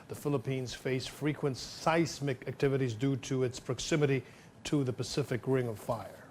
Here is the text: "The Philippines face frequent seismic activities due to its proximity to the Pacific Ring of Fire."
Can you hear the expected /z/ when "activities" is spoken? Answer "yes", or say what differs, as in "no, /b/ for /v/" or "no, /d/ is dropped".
yes